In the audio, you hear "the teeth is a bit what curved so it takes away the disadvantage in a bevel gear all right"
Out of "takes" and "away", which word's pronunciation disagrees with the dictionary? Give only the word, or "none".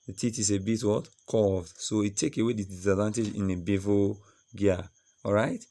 takes